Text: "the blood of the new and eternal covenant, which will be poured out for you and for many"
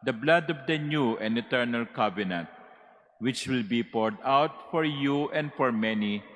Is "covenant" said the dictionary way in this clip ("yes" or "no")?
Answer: no